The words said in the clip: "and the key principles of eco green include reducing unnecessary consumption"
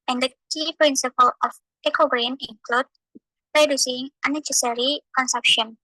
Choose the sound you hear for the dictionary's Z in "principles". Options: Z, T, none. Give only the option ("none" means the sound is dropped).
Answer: none